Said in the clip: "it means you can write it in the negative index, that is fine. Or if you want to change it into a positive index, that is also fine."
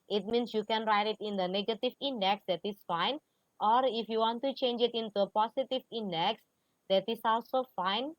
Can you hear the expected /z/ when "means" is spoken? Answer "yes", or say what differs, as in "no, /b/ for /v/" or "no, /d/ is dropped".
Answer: no, /s/ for /z/